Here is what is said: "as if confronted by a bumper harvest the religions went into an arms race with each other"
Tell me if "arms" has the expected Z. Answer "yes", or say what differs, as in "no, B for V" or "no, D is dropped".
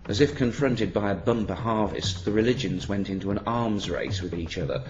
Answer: yes